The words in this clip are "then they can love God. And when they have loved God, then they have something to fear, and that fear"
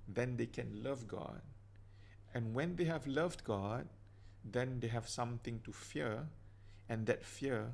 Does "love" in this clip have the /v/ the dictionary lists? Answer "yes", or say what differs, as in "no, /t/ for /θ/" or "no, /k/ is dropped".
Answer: yes